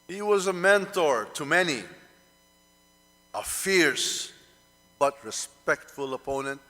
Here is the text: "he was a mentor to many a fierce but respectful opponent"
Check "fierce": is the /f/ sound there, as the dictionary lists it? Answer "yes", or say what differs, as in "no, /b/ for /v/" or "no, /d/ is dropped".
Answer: yes